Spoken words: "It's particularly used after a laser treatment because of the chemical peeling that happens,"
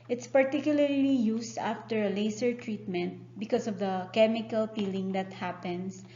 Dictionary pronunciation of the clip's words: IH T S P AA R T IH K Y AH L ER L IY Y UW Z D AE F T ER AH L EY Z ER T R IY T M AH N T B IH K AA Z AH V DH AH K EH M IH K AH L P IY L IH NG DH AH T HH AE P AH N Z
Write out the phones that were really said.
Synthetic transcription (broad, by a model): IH T S P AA R T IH K Y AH L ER L IY Y UW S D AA F T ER AH L EY S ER T R IY T M AH N T B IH K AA S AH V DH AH K EH M IH K AH L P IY L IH NG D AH T HH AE P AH N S